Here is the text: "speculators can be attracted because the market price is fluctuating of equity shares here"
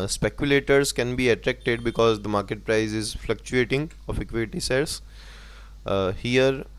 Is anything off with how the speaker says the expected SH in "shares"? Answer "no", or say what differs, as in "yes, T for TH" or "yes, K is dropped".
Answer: yes, S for SH